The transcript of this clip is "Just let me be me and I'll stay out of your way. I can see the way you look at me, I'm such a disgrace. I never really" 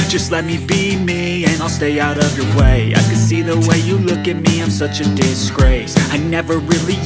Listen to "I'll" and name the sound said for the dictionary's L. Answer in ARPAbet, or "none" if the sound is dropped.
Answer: L